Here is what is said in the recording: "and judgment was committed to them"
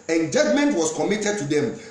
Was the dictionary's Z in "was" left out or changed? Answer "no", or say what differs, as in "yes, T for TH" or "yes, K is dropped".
yes, S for Z